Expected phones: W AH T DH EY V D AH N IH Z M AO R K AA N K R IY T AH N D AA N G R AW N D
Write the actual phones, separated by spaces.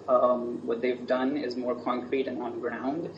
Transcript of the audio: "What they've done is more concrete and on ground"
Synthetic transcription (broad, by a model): W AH T DH EY V D AH N IH Z M AO R K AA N K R IY T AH N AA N G R AW N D